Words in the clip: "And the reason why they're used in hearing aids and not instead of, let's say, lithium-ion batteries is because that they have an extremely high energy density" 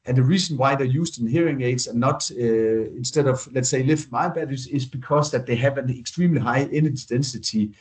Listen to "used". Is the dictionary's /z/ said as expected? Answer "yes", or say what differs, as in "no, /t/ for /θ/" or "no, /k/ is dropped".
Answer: no, /s/ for /z/